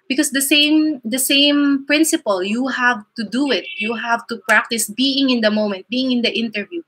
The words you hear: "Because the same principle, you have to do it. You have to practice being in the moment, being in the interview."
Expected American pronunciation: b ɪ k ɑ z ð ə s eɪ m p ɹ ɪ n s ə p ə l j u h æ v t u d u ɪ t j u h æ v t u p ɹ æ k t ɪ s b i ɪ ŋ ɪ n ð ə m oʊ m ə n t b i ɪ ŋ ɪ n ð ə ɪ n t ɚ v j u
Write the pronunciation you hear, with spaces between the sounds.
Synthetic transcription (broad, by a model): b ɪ k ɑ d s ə s eɪ m p ɹ ɪ n s ə p ə l j u h æ v t u d u ɪ t j u h æ v t u p ɹ æ k t ɪ s b i ɪ ŋ ɪ n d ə m oʊ m ə n t b i ɪ ŋ ɪ n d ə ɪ n t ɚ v j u